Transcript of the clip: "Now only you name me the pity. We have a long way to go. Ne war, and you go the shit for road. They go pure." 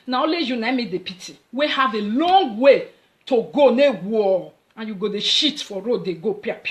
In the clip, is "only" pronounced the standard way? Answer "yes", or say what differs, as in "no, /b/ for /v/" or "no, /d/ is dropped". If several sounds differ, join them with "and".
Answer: no, /n/ is dropped